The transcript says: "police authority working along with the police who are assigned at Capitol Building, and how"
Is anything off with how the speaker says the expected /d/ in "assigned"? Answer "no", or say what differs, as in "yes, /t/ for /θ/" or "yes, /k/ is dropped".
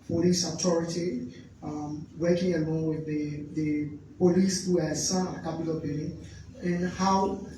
yes, /d/ is dropped